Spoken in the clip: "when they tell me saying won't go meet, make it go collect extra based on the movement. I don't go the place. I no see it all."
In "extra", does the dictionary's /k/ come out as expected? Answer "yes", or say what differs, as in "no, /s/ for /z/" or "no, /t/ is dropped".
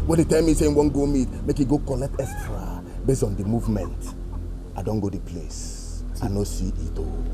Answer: no, /k/ is dropped